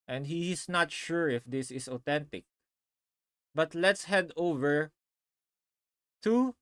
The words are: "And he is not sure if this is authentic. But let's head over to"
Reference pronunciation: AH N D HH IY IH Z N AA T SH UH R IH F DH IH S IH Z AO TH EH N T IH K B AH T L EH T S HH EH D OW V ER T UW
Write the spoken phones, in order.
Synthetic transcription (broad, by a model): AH N D HH IY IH S N AA T SH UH R IH F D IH S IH S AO T EH N T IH K B AH T L EH T S HH EH D OW V ER T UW